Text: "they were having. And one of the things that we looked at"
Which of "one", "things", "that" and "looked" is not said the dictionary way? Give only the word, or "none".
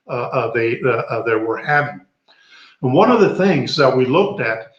none